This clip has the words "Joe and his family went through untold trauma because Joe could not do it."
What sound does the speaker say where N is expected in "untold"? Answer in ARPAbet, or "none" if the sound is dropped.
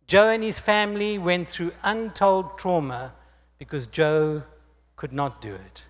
N